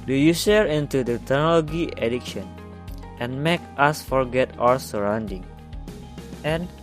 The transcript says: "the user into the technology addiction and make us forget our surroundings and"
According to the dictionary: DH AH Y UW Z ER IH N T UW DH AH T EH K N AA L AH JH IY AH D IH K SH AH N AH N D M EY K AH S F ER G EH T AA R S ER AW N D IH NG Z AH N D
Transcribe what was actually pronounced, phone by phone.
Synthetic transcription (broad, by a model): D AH Y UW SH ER IH N T UW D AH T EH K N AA L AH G IY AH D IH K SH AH N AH N M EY K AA S F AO G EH T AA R S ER AW N D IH NG AH N